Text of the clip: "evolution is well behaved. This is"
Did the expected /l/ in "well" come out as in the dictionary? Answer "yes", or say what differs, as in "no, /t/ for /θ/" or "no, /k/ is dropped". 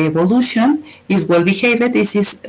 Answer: yes